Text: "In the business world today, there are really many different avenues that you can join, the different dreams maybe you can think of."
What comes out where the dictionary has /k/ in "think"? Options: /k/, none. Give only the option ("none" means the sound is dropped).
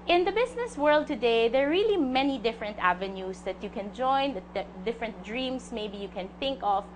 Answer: /k/